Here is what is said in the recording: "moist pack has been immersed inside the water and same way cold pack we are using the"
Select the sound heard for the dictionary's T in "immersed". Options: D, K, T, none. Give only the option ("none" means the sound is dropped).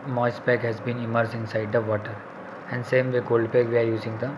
none